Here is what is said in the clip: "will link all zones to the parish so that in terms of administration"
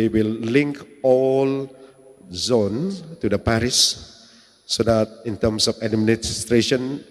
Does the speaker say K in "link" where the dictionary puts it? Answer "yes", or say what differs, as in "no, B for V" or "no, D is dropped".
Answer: yes